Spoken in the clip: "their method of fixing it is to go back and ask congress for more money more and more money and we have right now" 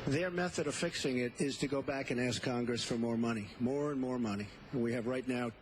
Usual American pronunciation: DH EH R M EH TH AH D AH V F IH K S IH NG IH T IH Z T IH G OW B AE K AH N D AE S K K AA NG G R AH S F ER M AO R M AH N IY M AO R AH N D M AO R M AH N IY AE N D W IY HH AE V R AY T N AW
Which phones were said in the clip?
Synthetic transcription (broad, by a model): DH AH R M EH TH AH D AH V F IH K S IH NG IH T IH Z T IH G OW B AE K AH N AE S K K AA NG G R AH S F ER M AO R M AH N IY M AO R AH N M AO R M AH N IY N W IY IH V R AY T N AW